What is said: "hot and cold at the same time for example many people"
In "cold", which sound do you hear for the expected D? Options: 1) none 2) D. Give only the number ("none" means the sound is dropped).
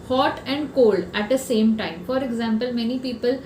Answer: 2